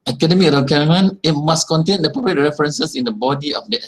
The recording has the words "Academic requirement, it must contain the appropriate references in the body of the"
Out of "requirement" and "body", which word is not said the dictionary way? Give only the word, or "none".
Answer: requirement